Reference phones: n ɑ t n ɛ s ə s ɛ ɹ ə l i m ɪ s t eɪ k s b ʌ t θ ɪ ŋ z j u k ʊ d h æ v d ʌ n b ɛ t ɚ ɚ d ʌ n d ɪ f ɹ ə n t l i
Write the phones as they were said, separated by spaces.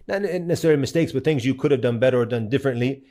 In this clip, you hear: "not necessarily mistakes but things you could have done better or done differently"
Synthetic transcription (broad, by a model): n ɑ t n ɛ s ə s ɛ ɹ l i m ɪ s t eɪ k s b ʌ t θ ɪ ŋ z j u k ʊ d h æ v d ʌ n b ɛ t ɚ ɚ d ʌ n d ɪ f ɹ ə n t l i